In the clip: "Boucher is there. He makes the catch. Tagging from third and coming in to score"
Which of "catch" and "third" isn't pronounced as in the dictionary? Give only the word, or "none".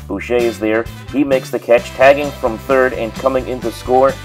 none